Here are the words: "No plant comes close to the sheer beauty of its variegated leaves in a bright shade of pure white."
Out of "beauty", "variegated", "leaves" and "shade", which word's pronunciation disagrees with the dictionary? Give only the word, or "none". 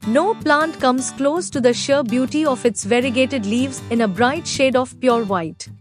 none